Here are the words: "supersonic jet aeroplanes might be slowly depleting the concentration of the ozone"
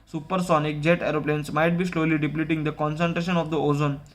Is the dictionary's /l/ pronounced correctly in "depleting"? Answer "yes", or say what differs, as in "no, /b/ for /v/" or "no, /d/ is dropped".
yes